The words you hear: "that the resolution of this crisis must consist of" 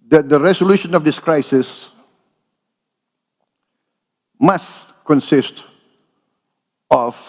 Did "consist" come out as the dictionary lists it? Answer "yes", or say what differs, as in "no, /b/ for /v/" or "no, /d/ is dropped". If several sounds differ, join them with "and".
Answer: yes